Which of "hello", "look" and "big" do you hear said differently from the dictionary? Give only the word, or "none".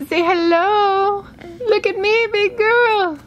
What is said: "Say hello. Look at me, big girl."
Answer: none